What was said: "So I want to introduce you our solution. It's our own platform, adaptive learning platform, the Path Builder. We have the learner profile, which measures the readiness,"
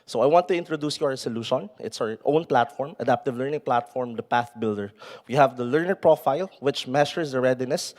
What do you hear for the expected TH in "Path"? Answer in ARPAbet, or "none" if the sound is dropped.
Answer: TH